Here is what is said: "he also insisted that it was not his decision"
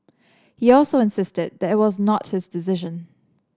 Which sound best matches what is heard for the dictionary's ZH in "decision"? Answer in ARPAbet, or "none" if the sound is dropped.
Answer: ZH